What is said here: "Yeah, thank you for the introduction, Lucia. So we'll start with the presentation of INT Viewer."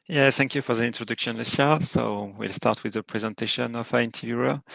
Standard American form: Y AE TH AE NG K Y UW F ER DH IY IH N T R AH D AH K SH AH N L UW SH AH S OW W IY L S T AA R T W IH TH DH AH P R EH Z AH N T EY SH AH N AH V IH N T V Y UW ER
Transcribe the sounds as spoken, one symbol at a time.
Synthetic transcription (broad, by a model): Y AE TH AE NG K Y UW F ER DH IY IH N T R AH D AH K SH AH N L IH S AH S OW W IY L S T AA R T W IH DH AH P R EH Z AH N T EY SH AH N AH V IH N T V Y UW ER